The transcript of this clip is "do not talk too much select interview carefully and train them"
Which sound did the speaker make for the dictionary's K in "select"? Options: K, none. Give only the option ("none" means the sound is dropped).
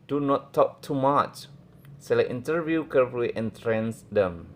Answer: none